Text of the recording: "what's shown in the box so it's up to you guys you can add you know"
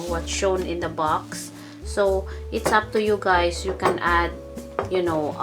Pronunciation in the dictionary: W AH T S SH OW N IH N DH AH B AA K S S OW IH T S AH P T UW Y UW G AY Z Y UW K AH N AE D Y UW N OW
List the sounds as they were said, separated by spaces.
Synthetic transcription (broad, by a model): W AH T SH OW N IH N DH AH B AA K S S OW IH T S AH P T UW Y UW G AY S Y UW K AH N AE D Y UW N OW